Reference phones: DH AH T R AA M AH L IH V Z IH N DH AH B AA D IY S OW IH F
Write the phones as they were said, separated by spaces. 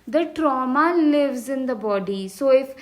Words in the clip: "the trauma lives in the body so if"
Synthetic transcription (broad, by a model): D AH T R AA M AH L IH V Z IH N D AH B AA D IY S OW IH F